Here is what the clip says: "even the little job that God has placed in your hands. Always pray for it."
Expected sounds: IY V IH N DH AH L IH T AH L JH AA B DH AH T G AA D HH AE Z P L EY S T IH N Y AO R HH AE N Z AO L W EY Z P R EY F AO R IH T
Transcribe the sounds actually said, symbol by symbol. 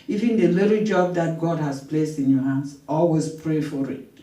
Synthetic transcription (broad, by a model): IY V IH N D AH L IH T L JH AA B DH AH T G AA D HH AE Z P L EY S T IH N Y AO HH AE N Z AO L W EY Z P R EY F AO R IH T